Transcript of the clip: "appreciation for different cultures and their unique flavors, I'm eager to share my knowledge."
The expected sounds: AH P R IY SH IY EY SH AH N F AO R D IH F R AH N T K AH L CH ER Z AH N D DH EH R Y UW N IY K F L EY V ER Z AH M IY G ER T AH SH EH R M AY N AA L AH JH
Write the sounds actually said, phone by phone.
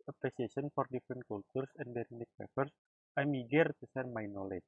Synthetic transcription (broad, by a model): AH P R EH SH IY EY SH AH N F AO R D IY F R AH N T K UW L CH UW S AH N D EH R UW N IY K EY F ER S AH M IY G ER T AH S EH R M AY N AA L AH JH